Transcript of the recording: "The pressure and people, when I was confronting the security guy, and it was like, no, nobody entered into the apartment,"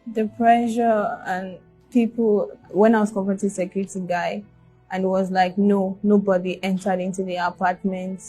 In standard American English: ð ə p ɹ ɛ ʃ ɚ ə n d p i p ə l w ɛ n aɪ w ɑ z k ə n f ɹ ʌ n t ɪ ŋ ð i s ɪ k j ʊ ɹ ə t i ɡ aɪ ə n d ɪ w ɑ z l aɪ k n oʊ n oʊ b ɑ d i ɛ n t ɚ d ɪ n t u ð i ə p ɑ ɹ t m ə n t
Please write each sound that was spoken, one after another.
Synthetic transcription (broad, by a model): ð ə p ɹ ɛ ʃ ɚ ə n p i p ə l w ɛ n aɪ w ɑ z k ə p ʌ t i s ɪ k j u ɹ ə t i ɡ aɪ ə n ɪ w ɑ z l aɪ k n oʊ n oʊ b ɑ d i ɛ n t ɚ d ɪ n t u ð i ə p ɑ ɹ t m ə n t